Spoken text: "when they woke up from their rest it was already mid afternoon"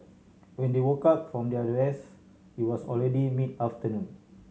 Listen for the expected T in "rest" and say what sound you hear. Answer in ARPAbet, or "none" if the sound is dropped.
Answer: none